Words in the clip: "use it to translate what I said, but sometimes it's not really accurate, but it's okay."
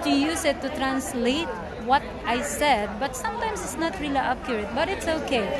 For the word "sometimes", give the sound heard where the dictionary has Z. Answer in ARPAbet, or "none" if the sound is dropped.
S